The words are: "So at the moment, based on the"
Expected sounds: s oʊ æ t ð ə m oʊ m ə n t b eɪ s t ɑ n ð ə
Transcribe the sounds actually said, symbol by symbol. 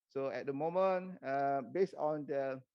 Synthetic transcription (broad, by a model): s oʊ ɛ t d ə m oʊ m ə n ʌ b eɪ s ɑ n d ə